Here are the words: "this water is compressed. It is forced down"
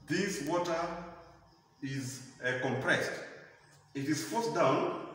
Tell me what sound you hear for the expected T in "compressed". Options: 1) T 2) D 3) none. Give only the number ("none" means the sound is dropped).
1